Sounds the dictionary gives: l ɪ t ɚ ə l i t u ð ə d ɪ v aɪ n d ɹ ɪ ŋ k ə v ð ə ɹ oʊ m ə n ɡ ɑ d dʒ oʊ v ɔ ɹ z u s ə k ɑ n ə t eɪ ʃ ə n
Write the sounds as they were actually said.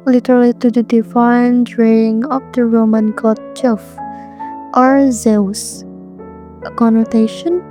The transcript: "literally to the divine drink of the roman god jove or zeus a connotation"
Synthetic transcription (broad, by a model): l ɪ t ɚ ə l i t u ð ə d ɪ f aɪ n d ɹ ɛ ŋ ə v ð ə ɹ oʊ m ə n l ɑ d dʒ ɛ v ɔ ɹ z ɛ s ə k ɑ n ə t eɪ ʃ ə n